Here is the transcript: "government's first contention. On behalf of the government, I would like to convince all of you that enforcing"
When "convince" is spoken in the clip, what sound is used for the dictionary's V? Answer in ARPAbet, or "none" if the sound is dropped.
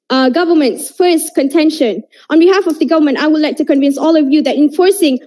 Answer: V